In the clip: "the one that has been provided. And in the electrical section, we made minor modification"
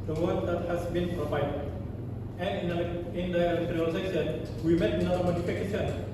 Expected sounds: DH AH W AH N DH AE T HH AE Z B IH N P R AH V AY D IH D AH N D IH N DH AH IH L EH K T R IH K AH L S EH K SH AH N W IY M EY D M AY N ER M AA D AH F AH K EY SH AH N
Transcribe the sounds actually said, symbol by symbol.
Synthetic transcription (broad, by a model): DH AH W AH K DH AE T HH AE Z B IH N P R AH V AY D IH D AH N IH N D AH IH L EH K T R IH AH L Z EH SH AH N W IY M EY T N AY ER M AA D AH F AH K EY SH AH N